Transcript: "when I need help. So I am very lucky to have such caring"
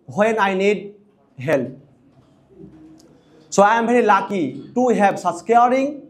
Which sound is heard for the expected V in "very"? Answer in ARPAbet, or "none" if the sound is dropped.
B